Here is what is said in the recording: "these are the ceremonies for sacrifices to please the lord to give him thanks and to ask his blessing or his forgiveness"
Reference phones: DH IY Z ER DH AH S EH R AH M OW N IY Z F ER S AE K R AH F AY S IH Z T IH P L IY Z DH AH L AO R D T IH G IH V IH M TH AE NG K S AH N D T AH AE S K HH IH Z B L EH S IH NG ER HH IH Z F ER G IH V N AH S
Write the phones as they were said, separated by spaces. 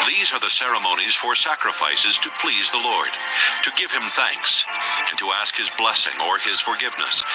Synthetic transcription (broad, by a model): DH IY Z ER DH AH S EH R AH M OW N IY Z F ER S AE K R AH F AY S IH Z T IH P L IY Z DH AH L AO R D T IH G IH V IH M TH AE NG K S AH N T AH AE S K HH IH Z B L EH S IH NG ER IH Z F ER G IH V N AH S